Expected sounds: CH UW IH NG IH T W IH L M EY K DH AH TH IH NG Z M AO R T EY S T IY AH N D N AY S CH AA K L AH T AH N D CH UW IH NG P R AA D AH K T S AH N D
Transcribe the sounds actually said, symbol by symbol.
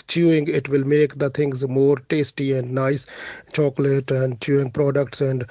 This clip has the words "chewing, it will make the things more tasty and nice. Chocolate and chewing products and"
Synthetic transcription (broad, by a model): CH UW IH NG IH T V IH L M EY K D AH T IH NG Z M AO R T EY S T IY AH N D N AY S CH AA K L AH T AH N D CH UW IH NG P R AA D AH K T S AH N D